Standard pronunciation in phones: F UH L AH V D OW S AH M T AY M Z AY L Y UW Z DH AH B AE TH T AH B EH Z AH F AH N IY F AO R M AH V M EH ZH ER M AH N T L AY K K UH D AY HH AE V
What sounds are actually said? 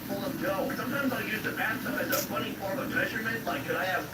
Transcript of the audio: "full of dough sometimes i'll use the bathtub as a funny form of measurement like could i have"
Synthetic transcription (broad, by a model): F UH L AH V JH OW S AH M T AY M Z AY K Y UW Z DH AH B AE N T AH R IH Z AH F AH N IY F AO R AH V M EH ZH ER M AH N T L AY K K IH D AY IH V